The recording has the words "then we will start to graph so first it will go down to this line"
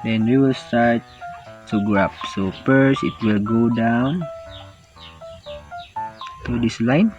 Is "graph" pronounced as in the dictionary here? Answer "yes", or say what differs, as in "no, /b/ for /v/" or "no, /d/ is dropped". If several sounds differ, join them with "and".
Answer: no, /p/ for /f/